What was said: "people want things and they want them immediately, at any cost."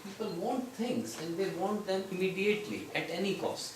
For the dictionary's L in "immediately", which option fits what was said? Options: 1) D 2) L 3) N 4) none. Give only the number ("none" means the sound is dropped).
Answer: 2